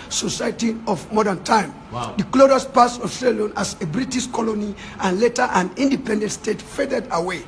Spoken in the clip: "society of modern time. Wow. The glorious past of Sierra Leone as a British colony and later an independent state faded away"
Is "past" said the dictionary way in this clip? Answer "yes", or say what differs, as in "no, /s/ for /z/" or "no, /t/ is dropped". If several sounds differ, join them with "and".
no, /t/ is dropped